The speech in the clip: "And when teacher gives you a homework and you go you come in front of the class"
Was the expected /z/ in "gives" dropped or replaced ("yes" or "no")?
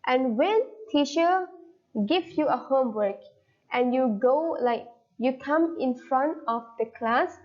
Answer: yes